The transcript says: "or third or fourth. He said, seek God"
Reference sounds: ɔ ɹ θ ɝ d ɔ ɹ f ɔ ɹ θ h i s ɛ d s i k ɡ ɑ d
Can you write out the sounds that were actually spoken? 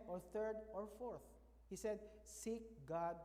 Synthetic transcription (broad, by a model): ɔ ɹ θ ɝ d ɔ ɹ f ɔ ɹ θ h i s ɛ d s i k ɡ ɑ d